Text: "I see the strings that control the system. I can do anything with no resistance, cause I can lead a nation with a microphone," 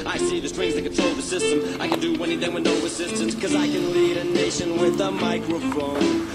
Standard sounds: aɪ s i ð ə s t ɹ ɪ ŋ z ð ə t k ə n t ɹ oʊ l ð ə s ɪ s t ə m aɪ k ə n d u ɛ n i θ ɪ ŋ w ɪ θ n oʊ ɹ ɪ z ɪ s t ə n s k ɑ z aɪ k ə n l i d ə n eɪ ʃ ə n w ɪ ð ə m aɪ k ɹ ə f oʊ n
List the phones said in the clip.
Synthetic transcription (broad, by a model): aɪ s i ð ə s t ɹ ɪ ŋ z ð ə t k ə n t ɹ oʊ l ð ə s ɪ s t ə m aɪ k ə n d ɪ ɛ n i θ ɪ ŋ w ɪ n oʊ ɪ s ɪ s t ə n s k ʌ z aɪ k ə n l i d ə n eɪ ʃ ə n w ɪ ð ə m aɪ k ɹ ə f oʊ n